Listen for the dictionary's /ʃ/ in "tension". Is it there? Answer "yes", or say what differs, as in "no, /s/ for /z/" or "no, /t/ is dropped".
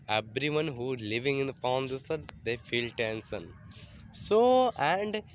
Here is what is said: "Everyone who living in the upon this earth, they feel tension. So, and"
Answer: no, /s/ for /ʃ/